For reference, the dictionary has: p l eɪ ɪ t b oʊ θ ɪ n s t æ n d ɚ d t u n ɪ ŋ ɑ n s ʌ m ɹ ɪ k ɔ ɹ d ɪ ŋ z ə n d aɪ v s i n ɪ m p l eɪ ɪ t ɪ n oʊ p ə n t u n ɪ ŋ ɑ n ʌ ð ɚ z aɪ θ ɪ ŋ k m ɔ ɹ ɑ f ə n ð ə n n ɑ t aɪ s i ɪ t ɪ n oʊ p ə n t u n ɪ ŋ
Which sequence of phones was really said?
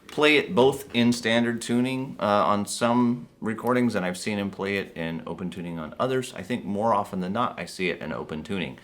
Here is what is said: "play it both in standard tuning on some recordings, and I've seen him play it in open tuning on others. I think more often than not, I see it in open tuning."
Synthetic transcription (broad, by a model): p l eɪ ɪ t b oʊ θ ɪ n s t æ n d ɚ d t u n ɪ ŋ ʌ n s ʌ m ɹ ɪ k ɔ ɹ d ɪ ŋ z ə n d aɪ v s i n ɪ m p l eɪ ɪ t ɪ n oʊ p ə n t u n ɪ ŋ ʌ n ʌ ð ɚ z aɪ θ ɪ ŋ k m ɔ ɹ ɑ f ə n ð ə n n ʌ t aɪ s i ɪ t ɪ n oʊ p ə n t u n ɪ ŋ